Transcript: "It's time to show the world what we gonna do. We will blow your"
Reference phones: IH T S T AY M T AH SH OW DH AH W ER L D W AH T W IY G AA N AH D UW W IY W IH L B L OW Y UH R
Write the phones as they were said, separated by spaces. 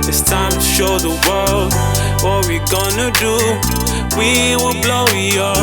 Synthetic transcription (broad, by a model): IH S T AY M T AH SH OW DH AH W ER L D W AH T W IY G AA N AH D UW W IY W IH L B L OW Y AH